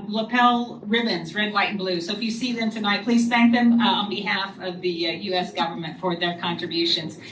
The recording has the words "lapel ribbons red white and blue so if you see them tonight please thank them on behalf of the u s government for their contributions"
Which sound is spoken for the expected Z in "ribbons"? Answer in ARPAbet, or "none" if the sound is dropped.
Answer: Z